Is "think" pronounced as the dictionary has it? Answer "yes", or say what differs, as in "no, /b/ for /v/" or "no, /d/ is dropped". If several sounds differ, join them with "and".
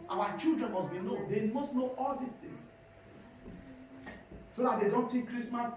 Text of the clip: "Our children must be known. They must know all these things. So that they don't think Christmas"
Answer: no, /t/ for /θ/ and /ŋ/ is dropped